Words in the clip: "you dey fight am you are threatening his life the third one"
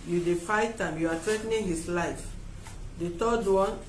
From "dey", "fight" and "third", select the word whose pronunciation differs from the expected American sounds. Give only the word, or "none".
third